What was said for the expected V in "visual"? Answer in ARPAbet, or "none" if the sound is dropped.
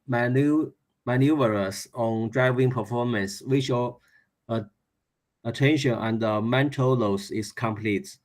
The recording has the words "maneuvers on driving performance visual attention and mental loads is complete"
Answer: W